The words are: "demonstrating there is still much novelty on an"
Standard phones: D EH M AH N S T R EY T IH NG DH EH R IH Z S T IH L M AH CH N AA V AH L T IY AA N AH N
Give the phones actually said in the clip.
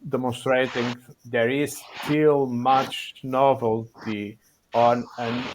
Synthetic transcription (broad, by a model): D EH M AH N S T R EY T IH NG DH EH R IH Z S T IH L M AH CH N AA V AH L T IY AA N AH N